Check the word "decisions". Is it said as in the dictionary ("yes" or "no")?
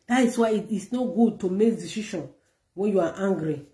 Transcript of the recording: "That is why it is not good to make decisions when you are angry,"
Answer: no